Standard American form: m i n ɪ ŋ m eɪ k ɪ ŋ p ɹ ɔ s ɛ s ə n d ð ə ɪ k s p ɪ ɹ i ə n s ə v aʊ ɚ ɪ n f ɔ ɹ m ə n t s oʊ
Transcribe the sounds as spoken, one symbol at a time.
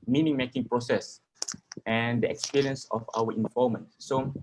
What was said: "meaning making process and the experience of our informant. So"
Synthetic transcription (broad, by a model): m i n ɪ ŋ m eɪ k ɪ ŋ p ɹ ɔ s ɛ s ə n d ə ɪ k s p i ɹ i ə n s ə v aʊ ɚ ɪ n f ɔ l m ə n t s oʊ